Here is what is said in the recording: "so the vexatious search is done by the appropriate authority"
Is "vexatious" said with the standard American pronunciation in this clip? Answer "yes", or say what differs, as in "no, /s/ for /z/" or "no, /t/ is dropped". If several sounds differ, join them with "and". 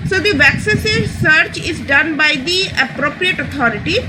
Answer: no, /s/ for /ʃ/